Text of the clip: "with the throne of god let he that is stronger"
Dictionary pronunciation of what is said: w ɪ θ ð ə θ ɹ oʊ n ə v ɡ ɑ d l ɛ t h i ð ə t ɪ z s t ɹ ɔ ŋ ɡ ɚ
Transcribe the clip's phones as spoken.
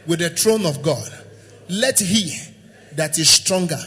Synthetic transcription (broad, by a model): w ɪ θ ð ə t ɹ oʊ n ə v ɡ ɑ d l ɛ t h i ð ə t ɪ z s t ɹ ɔ ŋ ɡ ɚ